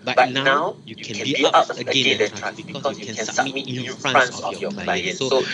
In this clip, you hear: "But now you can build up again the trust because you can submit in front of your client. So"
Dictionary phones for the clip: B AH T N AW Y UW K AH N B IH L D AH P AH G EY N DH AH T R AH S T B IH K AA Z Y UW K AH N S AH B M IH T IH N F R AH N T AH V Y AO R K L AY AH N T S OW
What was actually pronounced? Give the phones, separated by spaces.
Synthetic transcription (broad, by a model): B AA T N AW Y UW K AH N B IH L AH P AH G EY N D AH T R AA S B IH K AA S Y UW K AH N S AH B M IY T IH N F R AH N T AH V Y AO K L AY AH N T S OW